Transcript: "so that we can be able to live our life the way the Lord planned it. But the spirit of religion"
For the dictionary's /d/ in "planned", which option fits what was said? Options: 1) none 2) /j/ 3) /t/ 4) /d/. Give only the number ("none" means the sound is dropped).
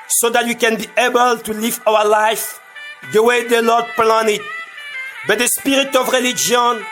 1